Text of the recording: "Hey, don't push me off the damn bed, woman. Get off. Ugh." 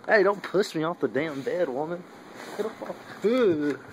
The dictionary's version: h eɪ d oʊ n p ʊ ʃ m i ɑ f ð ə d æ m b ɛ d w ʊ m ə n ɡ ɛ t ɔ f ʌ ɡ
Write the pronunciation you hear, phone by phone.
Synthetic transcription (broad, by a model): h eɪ d oʊ n p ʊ s m i ɑ f ð ə d æ m b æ d w ʊ m ə n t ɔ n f